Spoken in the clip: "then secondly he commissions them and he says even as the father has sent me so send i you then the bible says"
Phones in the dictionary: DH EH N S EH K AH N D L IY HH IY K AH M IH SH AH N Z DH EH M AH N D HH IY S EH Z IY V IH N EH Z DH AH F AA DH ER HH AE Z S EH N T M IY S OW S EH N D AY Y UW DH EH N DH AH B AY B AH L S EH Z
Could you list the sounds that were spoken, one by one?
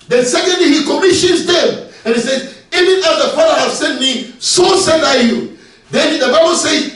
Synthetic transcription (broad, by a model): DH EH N S EH K AH N D L IY HH IY K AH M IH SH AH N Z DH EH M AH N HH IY S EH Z IY V IH N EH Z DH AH P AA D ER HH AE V S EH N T M IY S OW S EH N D AY Y UW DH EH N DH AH B AY B AH L S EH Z